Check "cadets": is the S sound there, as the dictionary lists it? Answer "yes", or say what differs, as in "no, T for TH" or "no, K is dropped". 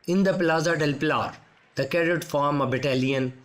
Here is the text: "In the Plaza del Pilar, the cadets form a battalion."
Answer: no, S is dropped